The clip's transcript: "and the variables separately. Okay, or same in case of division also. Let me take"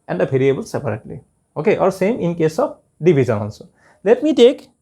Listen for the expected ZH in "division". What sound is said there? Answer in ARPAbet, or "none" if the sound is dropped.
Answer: Z